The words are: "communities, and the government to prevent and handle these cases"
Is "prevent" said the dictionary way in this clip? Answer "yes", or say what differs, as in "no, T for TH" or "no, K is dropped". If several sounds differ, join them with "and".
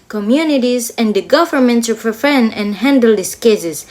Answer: no, T is dropped